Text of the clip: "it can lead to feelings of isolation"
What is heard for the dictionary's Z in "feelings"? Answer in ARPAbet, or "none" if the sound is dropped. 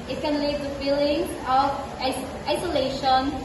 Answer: none